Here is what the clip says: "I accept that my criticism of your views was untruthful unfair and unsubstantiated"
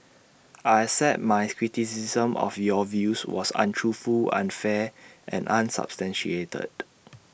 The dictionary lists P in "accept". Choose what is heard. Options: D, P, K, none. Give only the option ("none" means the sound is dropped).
none